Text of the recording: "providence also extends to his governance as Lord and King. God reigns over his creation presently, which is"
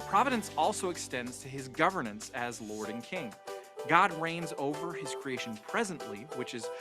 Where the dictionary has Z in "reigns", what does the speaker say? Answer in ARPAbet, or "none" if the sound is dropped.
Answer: Z